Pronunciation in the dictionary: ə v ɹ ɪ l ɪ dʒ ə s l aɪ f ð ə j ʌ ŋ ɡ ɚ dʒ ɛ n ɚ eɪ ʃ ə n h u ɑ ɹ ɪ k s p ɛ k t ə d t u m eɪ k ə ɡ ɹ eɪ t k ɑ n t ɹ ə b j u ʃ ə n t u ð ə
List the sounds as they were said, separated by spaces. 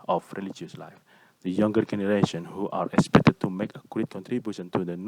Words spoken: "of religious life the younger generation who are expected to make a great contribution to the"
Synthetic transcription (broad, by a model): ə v ɹ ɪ l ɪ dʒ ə s l aɪ f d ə j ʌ ŋ ɡ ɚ dʒ ɛ n ɚ eɪ ʃ ə n h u ɑ ɹ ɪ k s p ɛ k t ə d t u m eɪ k ə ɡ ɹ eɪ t k ɑ n t ɹ ə b j u ʃ ə n t u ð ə